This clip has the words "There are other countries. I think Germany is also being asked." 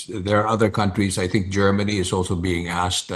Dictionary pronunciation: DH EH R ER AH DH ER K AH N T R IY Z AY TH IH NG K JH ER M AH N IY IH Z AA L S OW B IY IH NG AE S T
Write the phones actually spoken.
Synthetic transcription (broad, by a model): DH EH R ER AH DH ER K AH N T R IY Z AY TH IH NG K JH ER M AH N IY IH Z AA L S OW B IY IH NG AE S T